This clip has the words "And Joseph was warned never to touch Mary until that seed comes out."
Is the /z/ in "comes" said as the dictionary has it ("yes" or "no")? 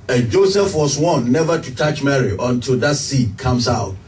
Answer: no